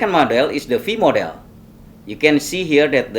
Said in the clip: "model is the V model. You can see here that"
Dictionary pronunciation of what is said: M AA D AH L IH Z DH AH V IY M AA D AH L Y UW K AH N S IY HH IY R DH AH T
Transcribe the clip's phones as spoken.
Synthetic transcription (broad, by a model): M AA D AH L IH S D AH F IY M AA D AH L Y UW K AH N S IY HH IY R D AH T